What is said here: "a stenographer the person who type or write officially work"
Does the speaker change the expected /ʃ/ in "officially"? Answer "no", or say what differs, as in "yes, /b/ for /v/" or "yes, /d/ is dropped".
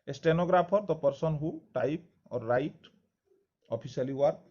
yes, /s/ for /ʃ/